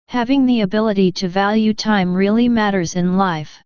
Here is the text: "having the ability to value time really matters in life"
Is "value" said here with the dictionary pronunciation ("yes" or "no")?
yes